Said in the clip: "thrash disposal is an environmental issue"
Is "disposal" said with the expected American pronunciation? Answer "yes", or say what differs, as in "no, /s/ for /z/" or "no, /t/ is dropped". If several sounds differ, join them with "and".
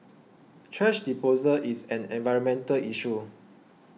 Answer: no, /s/ is dropped